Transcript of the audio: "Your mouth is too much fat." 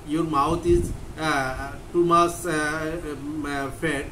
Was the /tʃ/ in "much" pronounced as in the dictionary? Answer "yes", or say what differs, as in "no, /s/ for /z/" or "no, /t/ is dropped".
no, /s/ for /tʃ/